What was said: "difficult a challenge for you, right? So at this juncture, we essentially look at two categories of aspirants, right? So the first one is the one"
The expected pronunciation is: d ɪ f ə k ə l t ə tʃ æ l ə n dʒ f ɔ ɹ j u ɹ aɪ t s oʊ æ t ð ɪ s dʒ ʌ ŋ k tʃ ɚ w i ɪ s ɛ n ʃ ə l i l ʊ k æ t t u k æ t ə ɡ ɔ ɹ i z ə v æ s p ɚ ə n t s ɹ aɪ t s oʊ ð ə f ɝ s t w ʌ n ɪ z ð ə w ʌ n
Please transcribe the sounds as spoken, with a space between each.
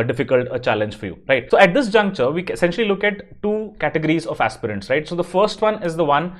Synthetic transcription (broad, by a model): d ɪ f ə k ə l t ə tʃ æ l ə n dʒ f ɔ ɹ j u ɹ aɪ t s oʊ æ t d ɪ s dʒ ʌ ŋ k tʃ ɚ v i ɪ s ɛ n ʃ ə l i l ʊ k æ t t u k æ t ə ɡ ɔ ɹ i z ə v æ s p ɚ ə n t s ɹ aɪ t s oʊ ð ə f ɝ s t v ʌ n ɪ z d ə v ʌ n